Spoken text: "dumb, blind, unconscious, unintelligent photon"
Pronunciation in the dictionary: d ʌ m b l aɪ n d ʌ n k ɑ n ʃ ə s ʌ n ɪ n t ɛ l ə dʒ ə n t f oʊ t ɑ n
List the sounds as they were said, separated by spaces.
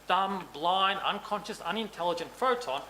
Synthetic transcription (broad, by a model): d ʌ m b l aɪ n ʌ n k ɑ n ʃ ə s ʌ n ɪ n t ɛ l ə dʒ ə n t f oʊ t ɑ n